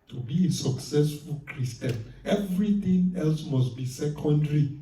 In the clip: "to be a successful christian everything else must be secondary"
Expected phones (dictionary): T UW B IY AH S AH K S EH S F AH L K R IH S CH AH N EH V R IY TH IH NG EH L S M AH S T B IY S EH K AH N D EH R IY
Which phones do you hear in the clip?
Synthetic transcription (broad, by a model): T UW B IY AH S AH K S EH S F AH L K R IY S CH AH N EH V R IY T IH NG EH L S M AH S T B IY S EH K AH N D R IY